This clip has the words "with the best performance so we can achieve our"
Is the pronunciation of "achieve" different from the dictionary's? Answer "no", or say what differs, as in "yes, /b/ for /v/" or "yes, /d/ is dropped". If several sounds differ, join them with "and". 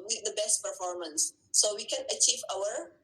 no